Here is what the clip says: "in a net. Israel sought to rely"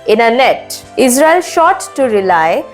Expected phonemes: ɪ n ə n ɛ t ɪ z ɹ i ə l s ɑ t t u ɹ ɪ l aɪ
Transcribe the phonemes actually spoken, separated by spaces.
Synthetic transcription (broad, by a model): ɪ n ə n ɛ t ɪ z ɹ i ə l ʃ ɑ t t u ɹ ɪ l aɪ